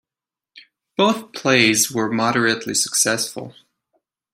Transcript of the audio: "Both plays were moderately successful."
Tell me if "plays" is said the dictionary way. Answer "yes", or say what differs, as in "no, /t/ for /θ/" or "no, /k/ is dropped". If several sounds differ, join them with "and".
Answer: yes